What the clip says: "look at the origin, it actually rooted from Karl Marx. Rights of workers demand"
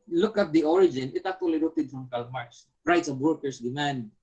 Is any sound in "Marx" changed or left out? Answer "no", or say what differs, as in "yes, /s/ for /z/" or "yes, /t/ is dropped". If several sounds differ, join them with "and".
yes, /k/ is dropped